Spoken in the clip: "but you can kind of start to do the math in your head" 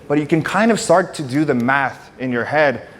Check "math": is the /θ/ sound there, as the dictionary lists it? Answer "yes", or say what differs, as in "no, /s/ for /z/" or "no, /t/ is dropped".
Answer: yes